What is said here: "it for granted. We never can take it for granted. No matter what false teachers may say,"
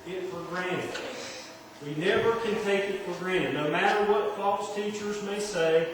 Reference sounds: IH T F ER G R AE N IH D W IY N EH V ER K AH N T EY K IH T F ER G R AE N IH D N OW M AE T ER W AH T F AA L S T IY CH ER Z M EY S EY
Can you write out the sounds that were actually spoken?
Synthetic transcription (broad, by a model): IH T F ER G R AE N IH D W IY N EH V ER K AH N T EY K IH T F ER G R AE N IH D N OW M AE T ER W AH T F AA L S T IY CH ER Z M EY S EY